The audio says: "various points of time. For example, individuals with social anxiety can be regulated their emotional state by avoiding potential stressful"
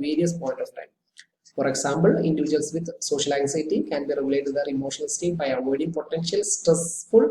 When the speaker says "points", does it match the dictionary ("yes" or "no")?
no